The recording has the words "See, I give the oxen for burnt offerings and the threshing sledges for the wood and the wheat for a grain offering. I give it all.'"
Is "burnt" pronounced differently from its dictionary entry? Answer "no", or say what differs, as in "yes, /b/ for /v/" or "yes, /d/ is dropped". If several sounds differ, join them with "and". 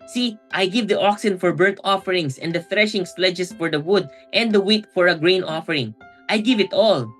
yes, /n/ is dropped